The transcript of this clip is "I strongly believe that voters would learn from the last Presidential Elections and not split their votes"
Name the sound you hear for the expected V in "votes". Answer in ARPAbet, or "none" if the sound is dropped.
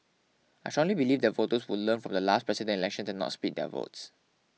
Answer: V